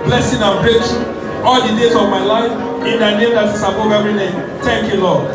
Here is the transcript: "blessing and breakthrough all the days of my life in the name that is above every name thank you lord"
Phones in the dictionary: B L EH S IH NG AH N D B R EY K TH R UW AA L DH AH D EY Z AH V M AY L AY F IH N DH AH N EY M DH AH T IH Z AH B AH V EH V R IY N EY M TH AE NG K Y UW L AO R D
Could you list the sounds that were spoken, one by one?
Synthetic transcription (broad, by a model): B L EH S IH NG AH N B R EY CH AA L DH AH D EY Z AH V M AY L AY F IH N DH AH N EY M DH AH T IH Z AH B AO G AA R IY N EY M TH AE NG K Y UW L AO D